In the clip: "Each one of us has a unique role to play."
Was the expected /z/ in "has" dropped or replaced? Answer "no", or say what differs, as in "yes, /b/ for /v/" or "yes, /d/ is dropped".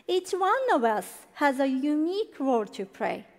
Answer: no